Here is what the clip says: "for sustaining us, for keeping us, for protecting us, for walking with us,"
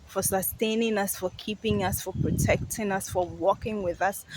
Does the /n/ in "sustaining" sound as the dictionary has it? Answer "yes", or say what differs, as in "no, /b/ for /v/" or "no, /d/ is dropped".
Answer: yes